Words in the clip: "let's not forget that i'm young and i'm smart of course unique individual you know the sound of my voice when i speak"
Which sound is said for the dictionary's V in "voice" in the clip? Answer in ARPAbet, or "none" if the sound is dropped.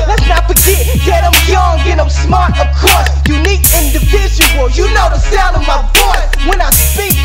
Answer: B